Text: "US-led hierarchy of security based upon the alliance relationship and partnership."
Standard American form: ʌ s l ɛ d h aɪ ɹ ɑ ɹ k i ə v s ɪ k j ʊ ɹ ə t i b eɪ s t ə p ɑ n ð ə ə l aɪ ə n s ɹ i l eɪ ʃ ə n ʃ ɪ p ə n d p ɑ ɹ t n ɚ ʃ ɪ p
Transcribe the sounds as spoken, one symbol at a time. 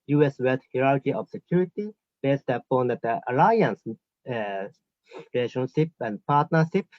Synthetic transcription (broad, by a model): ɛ s w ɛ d h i ɹ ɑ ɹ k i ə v s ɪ k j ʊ ɹ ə t i b eɪ s t ə p ɑ n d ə ə l aɪ ə n s ɹ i l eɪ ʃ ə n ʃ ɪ p ə n d p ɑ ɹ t n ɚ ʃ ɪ p